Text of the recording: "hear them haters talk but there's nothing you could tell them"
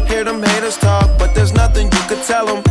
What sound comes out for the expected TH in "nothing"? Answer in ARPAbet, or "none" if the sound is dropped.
TH